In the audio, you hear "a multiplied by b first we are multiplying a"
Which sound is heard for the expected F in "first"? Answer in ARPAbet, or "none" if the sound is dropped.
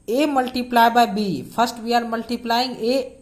P